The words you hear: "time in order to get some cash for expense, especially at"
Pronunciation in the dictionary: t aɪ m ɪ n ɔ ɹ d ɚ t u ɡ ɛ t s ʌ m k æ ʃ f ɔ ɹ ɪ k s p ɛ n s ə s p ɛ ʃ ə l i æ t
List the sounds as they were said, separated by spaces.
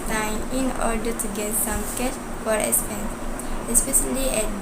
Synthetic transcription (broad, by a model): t aɪ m ɪ n ɔ ɹ d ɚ t u ɡ ɛ t s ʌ m k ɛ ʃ f ɔ ɹ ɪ s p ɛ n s ə s p ɛ ʃ ə l i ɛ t